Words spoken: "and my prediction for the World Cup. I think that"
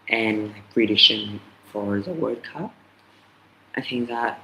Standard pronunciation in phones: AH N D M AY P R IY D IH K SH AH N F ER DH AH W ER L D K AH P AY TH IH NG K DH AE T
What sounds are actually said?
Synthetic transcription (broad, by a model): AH N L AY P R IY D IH SH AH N F ER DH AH W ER D K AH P AY TH IH NG K DH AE T